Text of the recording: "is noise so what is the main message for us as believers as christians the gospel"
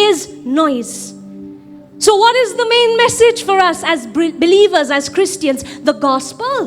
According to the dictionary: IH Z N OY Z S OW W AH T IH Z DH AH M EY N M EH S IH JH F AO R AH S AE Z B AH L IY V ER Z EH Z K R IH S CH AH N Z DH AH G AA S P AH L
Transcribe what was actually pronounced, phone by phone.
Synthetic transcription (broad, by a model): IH Z N OY Z S OW W AH T IH Z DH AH M EY N M EH S IH JH F AO R AH S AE Z B AH L IY V ER Z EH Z K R IH S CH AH N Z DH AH G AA S P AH L